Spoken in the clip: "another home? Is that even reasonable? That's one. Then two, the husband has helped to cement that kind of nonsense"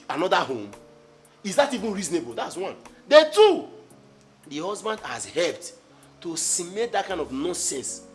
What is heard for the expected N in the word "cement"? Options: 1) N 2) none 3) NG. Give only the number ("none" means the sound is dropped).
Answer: 2